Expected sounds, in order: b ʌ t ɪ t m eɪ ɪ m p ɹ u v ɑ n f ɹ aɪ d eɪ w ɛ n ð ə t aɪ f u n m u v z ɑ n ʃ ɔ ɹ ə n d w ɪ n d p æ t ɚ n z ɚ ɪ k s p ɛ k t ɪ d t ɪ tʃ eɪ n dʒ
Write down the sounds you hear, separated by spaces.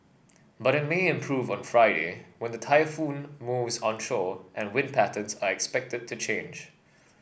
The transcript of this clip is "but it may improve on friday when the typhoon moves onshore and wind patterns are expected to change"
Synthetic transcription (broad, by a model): b ʌ t ɪ t m eɪ ɪ m p ɹ u v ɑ n f ɹ aɪ d eɪ w ɛ n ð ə t aɪ f u n m u v z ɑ n ʃ ɔ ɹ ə n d w ɪ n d p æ t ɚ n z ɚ ɪ k s p ɛ k t ɪ d t ɪ tʃ eɪ n dʒ